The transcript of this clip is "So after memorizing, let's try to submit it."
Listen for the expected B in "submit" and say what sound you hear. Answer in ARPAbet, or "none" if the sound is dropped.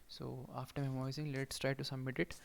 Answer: none